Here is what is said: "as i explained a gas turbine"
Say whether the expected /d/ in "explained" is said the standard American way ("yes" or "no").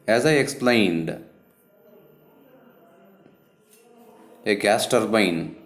yes